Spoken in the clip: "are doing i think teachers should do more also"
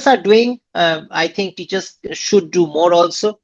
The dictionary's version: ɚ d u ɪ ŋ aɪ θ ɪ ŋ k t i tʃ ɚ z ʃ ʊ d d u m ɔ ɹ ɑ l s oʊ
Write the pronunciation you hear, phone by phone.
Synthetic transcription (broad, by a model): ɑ d u ɪ ŋ aɪ t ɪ ŋ k t i tʃ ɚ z ʃ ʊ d d u m ɔ ɹ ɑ l s oʊ